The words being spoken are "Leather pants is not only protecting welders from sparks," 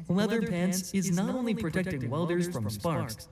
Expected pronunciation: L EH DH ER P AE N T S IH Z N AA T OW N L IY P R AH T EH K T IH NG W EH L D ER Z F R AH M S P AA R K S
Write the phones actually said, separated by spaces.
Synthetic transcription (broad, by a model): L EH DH ER P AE N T S IH Z N AA T OW N L IY P R AH T EH K T IH NG W EH L D ER Z F R AH M S P AA R K S